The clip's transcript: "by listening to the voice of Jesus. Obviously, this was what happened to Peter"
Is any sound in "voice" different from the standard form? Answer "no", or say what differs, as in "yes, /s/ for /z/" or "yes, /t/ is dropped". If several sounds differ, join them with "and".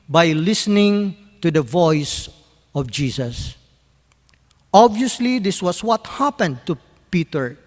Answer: no